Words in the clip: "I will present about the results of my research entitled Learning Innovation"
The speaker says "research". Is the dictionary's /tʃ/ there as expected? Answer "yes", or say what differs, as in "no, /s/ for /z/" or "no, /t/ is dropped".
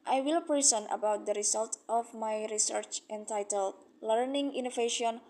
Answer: yes